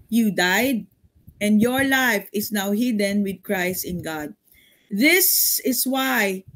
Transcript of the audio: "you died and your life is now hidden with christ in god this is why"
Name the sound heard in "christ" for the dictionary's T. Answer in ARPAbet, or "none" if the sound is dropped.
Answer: T